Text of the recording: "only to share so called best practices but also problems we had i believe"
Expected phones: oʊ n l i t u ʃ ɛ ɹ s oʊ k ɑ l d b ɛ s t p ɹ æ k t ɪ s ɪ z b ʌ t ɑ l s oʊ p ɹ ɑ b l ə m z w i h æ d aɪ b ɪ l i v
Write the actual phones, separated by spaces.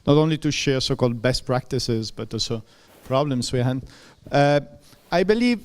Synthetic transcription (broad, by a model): oʊ n l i t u ʃ ɛ ɹ s oʊ k ɑ l d b ɛ s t p ɹ æ k t ɪ s ɪ z b ʌ t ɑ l s oʊ p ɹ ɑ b l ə m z w i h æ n aɪ b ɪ l i v